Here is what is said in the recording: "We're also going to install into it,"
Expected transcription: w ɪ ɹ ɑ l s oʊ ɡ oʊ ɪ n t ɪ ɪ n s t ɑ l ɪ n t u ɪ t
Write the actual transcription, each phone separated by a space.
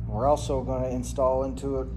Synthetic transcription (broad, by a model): w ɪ ɹ ɑ l s oʊ ɡ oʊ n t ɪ ɪ n s t ɑ l ɪ n t u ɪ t